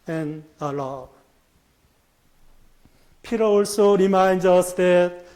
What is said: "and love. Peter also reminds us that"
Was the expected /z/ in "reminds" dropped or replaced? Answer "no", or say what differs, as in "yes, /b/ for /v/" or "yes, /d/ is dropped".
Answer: yes, /z/ is dropped